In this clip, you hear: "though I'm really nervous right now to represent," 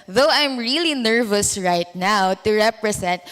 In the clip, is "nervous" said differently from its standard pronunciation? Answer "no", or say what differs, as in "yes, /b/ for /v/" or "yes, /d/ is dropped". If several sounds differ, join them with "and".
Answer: no